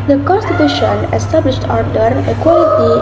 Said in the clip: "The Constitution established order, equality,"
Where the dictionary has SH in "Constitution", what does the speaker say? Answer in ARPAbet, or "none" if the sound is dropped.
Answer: SH